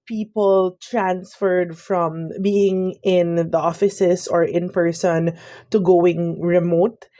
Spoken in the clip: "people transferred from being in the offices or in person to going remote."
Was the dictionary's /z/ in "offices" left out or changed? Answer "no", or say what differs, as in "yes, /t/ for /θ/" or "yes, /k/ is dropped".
yes, /s/ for /z/